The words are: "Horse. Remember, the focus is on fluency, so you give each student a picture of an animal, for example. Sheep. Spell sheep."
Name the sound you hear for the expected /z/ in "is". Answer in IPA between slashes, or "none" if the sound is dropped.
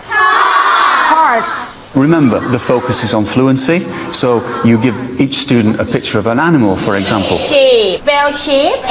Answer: /z/